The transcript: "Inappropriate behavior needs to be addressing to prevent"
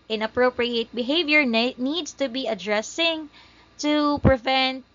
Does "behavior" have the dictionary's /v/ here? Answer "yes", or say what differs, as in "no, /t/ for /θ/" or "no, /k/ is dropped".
yes